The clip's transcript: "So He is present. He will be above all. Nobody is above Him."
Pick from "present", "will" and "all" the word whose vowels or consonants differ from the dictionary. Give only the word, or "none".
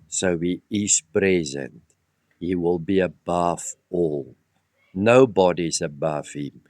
none